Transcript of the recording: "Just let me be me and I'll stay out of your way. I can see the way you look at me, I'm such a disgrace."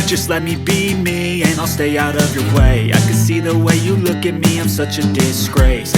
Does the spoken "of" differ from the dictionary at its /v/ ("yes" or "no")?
no